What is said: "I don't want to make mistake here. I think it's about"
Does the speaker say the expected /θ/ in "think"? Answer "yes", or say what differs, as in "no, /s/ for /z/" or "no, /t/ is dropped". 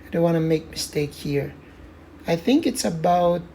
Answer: yes